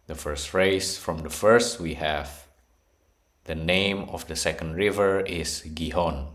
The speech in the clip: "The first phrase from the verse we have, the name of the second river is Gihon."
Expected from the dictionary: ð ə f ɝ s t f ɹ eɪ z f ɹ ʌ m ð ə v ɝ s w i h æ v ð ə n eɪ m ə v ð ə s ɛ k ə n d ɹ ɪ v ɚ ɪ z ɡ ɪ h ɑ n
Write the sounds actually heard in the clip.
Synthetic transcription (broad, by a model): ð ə f ɝ s t f ɹ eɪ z f ɹ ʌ m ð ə f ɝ s w i h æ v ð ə n eɪ m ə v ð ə s ɛ k ə n d ɹ ɪ v ɚ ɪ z ɡ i h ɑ n